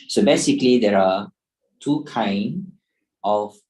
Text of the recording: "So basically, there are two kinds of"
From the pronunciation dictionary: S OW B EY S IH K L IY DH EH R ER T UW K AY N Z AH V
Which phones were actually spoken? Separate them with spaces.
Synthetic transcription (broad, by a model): S OW B EY S IH K L IY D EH R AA T UW K AY N AH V